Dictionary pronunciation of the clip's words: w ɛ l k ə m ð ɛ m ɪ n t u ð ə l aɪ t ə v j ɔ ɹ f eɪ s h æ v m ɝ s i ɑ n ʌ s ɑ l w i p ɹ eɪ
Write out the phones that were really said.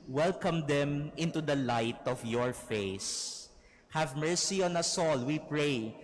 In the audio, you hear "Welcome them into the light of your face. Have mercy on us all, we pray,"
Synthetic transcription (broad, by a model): w ɛ l k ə m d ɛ m ɪ n t u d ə l aɪ t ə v j ɔ ɹ f eɪ s h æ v m ɝ s i ɑ n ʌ s ɑ l w i p ɹ eɪ